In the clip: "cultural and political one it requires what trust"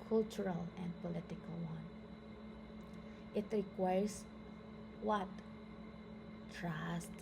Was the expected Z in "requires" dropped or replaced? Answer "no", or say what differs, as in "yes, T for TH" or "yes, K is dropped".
yes, S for Z